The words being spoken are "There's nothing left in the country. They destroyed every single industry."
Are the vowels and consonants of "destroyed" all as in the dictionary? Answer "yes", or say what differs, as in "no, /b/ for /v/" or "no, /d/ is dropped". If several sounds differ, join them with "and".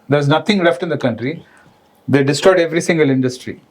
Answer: no, /ɹ/ is dropped